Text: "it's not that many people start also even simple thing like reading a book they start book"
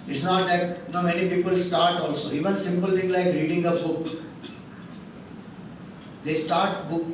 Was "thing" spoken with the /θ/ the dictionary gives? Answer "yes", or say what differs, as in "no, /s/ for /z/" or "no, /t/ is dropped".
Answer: no, /t/ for /θ/